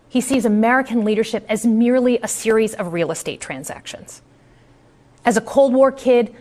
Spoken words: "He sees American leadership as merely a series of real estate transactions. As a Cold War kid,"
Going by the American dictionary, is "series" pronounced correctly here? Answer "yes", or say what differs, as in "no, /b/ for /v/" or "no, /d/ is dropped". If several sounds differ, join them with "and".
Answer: yes